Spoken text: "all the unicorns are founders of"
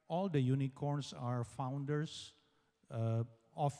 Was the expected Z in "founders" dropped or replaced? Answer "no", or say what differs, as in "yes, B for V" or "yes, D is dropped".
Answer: yes, S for Z